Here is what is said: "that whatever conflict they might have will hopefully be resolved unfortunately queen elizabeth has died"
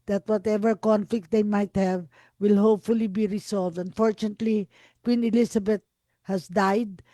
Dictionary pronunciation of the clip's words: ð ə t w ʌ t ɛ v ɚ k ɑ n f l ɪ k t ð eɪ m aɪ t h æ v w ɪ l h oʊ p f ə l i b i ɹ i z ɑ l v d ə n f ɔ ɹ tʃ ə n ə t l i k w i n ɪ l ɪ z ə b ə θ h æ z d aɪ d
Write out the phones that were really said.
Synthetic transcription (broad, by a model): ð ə t w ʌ t ɛ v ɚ k ɑ n f l ɪ k t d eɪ m aɪ t h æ v w ɪ l h oʊ p f ə l i b i ɹ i s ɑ l v d ə n f ɔ ɹ tʃ ə n ə t l i k w i n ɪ l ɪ s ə b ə t h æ s d aɪ d